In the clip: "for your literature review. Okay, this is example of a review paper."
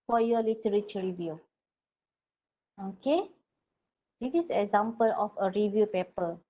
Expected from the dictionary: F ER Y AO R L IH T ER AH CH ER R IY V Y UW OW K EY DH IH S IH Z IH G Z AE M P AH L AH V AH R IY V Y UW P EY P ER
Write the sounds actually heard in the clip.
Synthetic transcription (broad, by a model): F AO Y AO L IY T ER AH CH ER R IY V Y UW OW K EY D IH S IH S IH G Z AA M P AH L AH F AH R IY V Y UW P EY P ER